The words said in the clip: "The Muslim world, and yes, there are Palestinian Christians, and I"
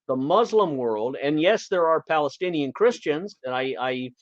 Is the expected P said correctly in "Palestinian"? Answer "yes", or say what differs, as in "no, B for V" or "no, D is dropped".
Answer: yes